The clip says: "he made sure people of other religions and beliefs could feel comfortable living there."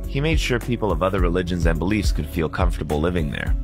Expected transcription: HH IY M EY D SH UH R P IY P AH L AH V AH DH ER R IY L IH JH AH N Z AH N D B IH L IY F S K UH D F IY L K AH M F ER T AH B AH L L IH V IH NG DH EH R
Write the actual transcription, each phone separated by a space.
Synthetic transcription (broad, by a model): HH IY M EY D SH UH R P IY P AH L AH V AH DH ER R IY L IH JH AH N Z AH N B IH L IY F S K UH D F IY L K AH M F T AH B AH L L IH V IH NG DH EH R